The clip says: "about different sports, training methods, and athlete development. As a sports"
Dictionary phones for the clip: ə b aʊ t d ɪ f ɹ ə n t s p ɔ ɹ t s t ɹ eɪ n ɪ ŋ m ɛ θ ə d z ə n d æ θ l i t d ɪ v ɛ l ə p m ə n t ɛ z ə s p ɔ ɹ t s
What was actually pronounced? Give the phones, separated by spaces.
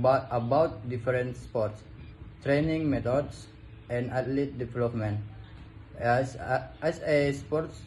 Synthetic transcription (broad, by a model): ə b aʊ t d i f ɹ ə n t s p ɔ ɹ t s t ɹ eɪ n ɪ ŋ m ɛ t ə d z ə n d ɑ t l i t d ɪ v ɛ l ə p m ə n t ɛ s ə s p ɔ ɹ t s